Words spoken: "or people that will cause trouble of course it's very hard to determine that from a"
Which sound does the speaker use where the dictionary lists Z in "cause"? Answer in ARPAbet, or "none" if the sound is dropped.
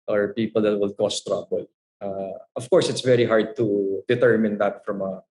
S